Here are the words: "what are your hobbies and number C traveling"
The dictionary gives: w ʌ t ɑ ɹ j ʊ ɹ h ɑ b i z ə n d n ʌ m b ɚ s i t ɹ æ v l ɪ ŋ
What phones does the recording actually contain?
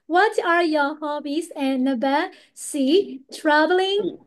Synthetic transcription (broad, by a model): w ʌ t ɑ ɹ j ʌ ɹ h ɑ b i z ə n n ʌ b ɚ s i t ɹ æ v l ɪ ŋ